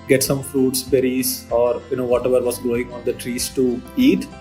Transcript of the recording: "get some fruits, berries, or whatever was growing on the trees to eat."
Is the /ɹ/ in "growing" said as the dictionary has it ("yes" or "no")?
no